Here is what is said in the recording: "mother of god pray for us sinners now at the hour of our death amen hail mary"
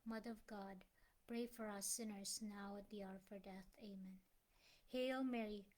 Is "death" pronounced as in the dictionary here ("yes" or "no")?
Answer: yes